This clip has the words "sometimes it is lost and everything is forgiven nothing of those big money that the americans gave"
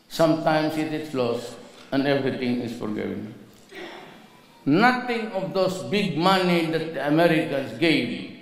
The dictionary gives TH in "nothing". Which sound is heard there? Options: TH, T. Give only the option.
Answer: T